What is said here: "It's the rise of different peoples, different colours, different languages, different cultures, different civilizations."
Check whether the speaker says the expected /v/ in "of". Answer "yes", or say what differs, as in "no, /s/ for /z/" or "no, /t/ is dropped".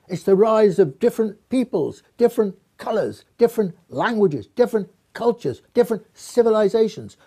yes